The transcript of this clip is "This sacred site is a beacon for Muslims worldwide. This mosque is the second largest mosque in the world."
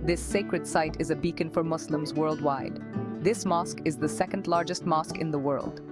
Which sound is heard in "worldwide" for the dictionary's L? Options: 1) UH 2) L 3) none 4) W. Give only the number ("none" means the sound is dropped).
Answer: 2